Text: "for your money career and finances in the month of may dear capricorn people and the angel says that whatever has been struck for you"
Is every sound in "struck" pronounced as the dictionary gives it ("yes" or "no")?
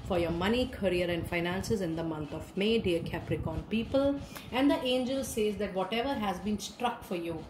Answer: yes